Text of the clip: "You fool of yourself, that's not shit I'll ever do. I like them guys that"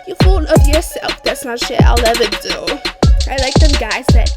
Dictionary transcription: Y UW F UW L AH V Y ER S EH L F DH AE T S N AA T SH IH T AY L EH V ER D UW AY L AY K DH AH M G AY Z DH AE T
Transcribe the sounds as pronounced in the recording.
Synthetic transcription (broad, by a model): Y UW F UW N AH V Y ER S EH L F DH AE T S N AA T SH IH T AY L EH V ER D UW AY L AY K DH AH M G AY Z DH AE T